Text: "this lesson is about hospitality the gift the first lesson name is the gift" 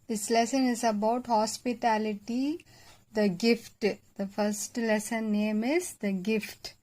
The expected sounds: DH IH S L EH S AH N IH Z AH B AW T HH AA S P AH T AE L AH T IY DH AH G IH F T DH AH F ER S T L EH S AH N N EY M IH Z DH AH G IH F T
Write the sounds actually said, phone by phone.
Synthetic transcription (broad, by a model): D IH S L EH S AH N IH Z AH B AW T HH AA S P AH T AE L AH T IY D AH G IH F T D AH F ER S T L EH S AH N N EY M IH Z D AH G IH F T